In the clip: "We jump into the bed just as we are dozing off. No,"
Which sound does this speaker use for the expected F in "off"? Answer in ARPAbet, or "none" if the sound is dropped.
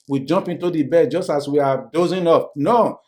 P